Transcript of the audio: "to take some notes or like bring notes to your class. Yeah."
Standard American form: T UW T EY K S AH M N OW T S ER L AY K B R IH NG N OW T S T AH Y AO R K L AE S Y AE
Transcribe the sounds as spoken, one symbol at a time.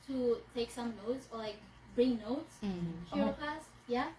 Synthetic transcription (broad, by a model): T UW T EY K S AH M N OW T S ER L AY K B R IH NG N OW T S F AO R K AE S Y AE